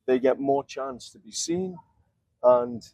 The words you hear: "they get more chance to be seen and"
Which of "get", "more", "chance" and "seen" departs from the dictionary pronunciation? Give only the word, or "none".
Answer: none